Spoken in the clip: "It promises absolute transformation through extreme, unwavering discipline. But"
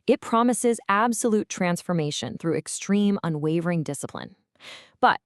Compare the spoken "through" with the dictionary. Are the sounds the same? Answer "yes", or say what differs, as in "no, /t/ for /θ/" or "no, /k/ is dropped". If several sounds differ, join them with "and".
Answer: yes